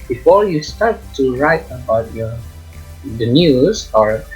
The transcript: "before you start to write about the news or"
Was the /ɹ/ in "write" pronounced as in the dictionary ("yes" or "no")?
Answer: yes